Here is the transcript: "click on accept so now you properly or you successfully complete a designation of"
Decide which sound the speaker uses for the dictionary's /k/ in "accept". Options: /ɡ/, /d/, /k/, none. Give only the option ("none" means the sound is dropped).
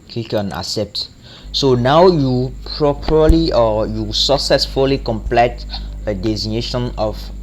none